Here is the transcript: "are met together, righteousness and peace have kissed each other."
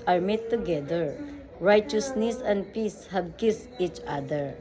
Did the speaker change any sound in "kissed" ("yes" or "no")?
yes